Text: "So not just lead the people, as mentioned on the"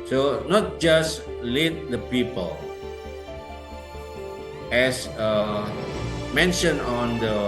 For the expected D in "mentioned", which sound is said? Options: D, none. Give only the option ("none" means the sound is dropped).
none